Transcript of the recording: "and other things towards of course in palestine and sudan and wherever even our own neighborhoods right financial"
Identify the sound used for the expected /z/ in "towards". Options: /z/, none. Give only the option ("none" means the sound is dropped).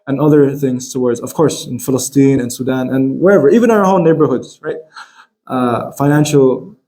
/z/